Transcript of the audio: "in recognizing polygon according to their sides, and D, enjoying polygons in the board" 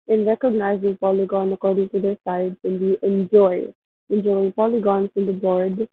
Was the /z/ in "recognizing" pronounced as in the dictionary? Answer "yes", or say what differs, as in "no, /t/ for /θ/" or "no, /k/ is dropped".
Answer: yes